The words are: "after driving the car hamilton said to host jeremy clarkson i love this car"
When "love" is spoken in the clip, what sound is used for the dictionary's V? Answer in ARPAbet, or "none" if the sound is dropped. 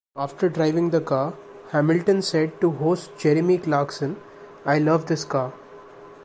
V